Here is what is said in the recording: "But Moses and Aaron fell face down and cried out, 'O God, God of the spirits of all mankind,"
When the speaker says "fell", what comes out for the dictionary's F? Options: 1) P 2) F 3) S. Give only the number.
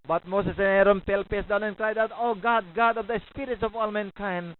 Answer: 1